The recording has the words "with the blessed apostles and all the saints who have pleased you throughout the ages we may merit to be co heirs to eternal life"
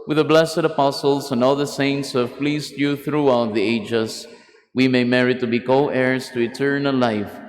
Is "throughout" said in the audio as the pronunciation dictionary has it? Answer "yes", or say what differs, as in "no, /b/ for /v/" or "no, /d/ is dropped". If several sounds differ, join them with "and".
yes